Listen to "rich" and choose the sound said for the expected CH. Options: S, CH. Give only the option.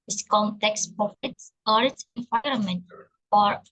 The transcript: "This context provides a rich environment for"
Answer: S